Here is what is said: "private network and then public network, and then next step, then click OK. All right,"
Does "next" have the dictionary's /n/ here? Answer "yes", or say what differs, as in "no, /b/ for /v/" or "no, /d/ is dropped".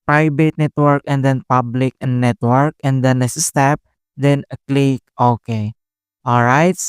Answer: no, /l/ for /n/